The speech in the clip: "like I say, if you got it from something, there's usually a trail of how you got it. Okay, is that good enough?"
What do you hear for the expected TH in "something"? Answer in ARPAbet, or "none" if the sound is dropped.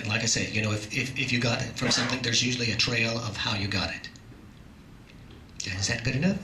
TH